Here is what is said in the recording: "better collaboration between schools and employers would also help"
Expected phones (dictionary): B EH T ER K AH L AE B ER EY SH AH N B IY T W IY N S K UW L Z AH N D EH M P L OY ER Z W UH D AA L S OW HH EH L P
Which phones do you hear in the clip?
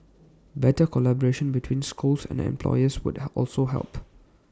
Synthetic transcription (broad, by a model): B EH T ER K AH L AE B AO EY SH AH N B IY T W IY N S K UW L S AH N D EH M P L OY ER S W UH D AA L S OW HH EH L P